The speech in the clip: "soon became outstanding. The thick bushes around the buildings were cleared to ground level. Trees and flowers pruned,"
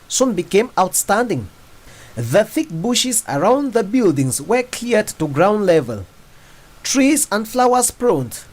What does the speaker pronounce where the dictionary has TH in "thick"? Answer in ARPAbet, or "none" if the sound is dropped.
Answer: TH